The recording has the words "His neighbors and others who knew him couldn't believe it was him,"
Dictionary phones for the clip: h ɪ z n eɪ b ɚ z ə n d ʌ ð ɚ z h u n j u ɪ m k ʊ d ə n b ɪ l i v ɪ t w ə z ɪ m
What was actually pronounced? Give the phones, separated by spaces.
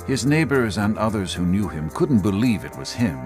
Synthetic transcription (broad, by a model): h ɪ z n eɪ b ɚ z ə n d ʌ ð ɚ z h u n j u ɪ m k ʊ d n b ɪ l i v ɪ t w ə z ɪ m